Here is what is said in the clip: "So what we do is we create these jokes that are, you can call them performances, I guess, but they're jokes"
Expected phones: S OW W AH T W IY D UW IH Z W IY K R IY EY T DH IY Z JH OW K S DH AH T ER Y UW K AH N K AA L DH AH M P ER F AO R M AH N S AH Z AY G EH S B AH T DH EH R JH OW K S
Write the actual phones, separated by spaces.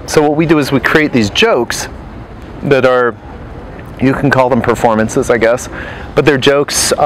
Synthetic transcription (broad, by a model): S OW W AH T W IY D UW IH Z W IY K R IY EY T DH IY Z JH OW K S DH AH T ER Y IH K N K AA L DH AH M P ER F AO R M AH N S AH Z AY G EH S B AH T DH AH R JH OW K S